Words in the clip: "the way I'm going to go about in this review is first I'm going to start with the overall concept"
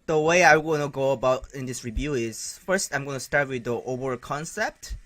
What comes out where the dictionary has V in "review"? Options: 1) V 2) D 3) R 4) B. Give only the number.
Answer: 1